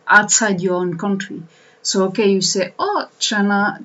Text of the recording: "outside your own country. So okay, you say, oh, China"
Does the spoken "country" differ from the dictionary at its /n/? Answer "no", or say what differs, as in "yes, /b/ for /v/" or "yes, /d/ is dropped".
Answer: no